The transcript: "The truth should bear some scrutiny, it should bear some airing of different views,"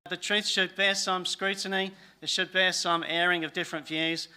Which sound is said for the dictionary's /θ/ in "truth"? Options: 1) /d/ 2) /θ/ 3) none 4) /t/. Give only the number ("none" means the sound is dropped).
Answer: 2